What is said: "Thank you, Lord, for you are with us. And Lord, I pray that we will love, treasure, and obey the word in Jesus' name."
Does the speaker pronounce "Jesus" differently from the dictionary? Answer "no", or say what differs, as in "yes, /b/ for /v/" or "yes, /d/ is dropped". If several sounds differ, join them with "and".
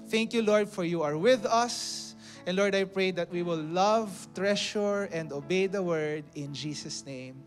yes, /s/ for /z/